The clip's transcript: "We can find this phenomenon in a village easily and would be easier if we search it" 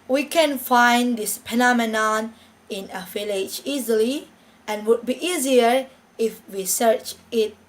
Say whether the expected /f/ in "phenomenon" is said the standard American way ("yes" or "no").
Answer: no